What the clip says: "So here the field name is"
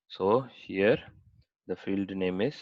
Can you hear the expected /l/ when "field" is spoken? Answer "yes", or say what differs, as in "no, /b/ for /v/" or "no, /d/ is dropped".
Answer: yes